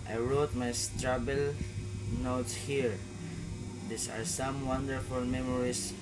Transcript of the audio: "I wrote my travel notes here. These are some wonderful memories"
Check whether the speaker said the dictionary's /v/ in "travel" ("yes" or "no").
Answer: no